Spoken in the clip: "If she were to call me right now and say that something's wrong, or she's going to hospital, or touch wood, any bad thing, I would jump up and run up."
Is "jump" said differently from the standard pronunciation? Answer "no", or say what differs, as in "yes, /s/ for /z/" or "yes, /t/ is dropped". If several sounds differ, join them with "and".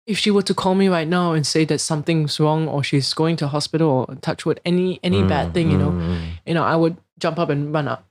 no